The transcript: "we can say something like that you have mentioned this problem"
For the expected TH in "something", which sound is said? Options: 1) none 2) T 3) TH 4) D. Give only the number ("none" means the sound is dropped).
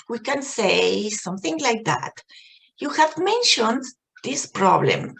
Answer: 3